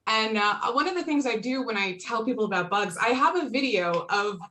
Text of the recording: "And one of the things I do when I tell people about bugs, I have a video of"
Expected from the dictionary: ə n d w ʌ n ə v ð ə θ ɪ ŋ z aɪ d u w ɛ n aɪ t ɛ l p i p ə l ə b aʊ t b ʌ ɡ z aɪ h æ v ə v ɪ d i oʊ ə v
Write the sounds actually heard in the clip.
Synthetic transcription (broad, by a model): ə n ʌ w ʌ n ə v ð ə θ ɪ ŋ z aɪ d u w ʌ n aɪ t ɛ l p i p l ə b aʊ t b ʌ ɡ z aɪ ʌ v ə v ɪ d i oʊ ə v